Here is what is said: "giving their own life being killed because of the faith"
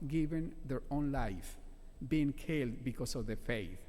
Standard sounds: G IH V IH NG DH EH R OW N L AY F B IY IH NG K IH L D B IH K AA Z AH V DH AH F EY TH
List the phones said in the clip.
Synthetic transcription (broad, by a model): G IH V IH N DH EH R OW N L AY F B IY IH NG K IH L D B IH K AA S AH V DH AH F EY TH